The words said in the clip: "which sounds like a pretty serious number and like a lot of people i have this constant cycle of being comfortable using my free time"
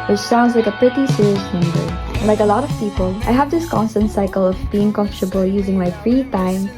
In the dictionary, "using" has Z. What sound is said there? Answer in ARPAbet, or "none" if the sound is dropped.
Z